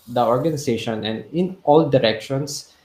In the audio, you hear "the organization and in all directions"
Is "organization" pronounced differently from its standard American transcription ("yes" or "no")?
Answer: yes